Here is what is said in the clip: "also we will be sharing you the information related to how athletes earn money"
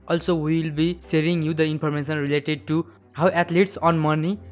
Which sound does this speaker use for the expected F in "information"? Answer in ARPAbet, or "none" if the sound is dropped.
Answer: P